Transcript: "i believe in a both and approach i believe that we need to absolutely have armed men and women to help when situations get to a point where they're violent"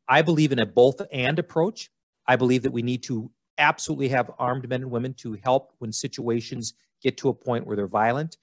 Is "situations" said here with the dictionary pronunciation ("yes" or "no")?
yes